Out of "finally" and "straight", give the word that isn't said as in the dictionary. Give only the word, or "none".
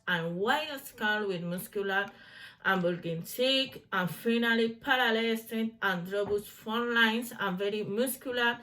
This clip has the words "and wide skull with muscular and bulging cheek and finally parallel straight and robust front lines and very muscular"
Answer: straight